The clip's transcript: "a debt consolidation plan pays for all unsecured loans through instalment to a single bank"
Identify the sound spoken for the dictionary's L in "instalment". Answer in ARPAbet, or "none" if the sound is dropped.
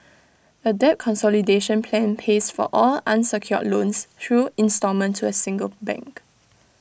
none